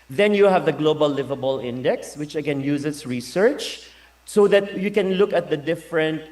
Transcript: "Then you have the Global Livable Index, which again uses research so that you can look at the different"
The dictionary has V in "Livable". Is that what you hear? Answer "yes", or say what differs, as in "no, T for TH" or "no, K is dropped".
yes